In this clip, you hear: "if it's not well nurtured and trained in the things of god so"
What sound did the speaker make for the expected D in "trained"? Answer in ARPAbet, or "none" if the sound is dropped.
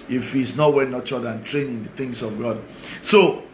none